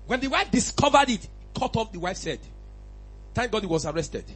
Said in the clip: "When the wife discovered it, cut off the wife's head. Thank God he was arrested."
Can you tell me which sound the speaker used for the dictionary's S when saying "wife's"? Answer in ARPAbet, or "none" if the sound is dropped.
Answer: S